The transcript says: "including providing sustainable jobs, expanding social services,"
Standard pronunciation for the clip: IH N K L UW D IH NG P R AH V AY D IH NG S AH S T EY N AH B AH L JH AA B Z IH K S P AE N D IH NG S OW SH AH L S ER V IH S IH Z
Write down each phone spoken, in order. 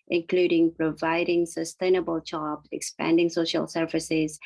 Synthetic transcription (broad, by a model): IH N K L UW D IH NG P R AH V AY D IH NG S AH S T EY N AH B AH L CH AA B IH K S P AE N D IH NG S OW SH AH L S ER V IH S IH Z